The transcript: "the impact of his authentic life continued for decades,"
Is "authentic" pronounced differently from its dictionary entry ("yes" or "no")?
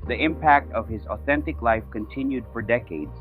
no